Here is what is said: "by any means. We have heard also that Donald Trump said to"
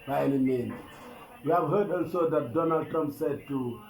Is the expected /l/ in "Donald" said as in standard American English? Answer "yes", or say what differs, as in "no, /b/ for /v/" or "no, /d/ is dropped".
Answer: yes